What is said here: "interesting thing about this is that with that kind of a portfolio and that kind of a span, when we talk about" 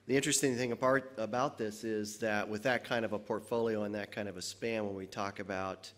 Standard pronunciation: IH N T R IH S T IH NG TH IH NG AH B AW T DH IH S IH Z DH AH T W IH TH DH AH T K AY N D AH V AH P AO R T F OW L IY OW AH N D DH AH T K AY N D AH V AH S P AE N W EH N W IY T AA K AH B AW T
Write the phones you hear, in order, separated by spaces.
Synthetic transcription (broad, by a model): IH N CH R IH S T IH NG TH IH NG AH B AW T DH IH S IH Z DH AH T W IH DH AH T K AY N D AH V AH P AO R T F OW L IY OW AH N DH AH T K AY N D AH V AH S P AE N W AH N W IY T AA K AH B AW T